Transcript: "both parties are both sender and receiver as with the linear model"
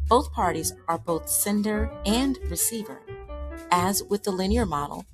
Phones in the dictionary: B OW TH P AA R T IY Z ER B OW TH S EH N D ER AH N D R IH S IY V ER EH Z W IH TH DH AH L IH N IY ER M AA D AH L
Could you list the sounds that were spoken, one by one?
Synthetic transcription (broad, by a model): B OW TH P AA R T IY Z ER B OW TH S EH N D ER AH N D R IH S IY V ER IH Z W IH DH AH L IH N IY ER M AA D L